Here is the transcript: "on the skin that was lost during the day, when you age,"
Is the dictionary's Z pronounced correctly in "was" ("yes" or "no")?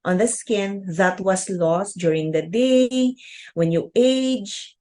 no